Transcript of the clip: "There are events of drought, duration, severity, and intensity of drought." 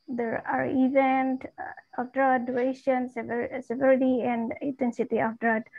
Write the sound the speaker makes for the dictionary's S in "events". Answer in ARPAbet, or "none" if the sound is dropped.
none